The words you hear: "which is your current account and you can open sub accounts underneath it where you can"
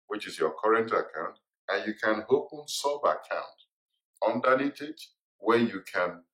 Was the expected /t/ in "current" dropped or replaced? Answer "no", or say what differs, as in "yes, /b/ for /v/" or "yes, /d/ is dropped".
no